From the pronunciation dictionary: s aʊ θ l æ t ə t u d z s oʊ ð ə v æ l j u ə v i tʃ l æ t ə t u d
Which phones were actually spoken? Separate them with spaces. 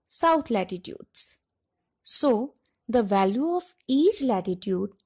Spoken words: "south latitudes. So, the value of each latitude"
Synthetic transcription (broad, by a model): s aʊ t l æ t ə t u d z s oʊ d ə v æ l j u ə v i tʃ l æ t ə t u d